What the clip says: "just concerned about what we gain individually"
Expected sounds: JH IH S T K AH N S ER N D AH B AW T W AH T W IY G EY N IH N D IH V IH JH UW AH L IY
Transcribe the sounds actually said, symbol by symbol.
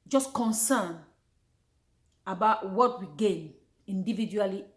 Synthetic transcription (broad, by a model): JH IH S K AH N S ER N AH B AW T W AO T W IY G EY N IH N D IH V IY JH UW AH L IY